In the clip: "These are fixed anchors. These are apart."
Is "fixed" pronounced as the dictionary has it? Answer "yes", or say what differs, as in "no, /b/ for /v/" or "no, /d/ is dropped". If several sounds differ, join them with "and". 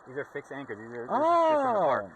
no, /t/ is dropped